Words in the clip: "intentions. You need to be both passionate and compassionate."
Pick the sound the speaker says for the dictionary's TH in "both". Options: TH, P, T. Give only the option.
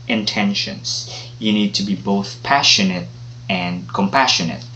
TH